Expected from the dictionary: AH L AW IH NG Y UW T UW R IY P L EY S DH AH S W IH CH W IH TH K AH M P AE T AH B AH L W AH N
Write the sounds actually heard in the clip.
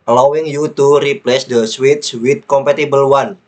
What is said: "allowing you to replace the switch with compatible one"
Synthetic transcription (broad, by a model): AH L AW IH NG Y UW T UW R IY P L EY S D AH S W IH S W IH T K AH M P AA T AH B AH L W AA N